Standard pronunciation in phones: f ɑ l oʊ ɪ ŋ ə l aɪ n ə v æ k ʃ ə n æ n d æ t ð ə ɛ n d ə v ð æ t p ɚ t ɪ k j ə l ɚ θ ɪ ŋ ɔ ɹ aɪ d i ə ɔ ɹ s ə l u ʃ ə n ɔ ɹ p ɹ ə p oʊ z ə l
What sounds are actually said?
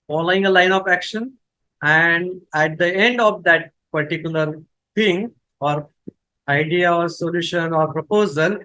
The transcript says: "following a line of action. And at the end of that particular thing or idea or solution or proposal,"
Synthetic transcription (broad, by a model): f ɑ l oʊ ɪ ŋ ə l aɪ n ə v æ k ʃ ə n æ n d æ t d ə ɛ n d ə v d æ t p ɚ t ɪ k j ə l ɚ t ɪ ŋ ɔ ɹ aɪ d i ə ɔ ɹ s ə l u ʃ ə n ɔ ɹ p ɹ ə p oʊ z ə l